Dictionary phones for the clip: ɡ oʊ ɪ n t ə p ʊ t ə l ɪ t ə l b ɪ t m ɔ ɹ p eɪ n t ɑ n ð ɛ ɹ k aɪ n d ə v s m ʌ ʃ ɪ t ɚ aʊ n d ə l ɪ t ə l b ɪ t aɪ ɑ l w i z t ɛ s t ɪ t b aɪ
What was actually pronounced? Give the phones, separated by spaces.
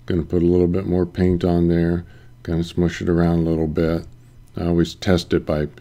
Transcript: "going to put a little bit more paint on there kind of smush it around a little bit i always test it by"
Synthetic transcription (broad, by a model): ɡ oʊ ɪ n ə p ʊ t ə l ɪ t l b ɪ t m ɔ ɹ p eɪ n t n ð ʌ ɹ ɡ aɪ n ə s m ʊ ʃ ɪ t ɚ aʊ n d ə l ɪ t l b ɪ t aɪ ɑ l w i z t ɛ s t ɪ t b aɪ